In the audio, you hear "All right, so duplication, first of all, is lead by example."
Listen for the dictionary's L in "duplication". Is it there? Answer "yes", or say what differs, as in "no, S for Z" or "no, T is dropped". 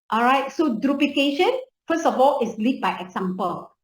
no, L is dropped